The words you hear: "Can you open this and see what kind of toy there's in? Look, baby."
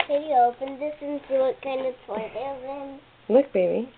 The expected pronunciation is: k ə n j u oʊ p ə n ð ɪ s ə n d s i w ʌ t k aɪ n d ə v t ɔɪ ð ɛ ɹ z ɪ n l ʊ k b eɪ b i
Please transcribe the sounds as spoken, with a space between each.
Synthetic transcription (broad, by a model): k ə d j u oʊ p ə n ð ɪ s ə n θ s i w ʌ t k aɪ n d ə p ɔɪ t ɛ l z ɪ n l ʊ k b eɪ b i